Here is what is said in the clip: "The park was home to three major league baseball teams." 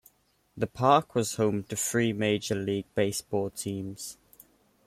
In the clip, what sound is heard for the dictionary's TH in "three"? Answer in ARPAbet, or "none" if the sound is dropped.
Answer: F